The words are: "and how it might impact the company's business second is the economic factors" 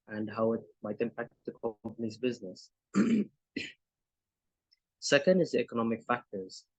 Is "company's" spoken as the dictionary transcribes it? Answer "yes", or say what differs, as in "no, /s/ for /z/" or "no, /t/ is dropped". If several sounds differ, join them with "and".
yes